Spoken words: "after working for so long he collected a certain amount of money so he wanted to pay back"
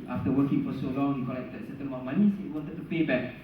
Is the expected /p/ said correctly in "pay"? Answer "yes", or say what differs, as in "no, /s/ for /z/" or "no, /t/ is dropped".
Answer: yes